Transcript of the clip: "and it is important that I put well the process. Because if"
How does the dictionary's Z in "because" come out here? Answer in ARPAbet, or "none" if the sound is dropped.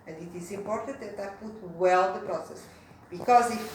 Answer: Z